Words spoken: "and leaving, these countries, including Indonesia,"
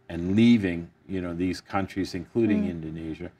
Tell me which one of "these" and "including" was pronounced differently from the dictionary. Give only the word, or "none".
none